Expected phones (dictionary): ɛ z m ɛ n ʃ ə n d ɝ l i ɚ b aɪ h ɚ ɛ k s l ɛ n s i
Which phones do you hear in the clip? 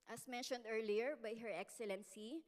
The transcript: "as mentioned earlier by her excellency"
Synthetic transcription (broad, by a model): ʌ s m ɛ n ʃ ə n d ɝ l i ɚ b aɪ h ɚ ɛ k s l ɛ n s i